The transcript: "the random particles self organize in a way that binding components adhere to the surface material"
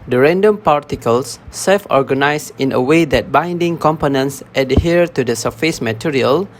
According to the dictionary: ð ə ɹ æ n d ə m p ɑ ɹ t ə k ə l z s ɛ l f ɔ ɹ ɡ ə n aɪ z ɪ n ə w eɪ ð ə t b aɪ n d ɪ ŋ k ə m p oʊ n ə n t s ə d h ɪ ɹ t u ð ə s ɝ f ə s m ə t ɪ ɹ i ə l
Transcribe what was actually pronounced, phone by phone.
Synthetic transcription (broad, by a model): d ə ɹ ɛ n d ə m p ɑ ɹ t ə k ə l s ɛ l f ɔ ɹ ɡ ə n aɪ s ɪ n ə w eɪ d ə t b aɪ n d ɪ ŋ k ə m p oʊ n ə n s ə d h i ɹ t u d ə s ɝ f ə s m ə t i ɹ i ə l